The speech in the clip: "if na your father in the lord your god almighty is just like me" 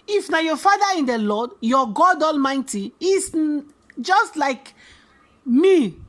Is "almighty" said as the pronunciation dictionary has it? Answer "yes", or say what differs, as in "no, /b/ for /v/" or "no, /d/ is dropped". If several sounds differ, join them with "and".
yes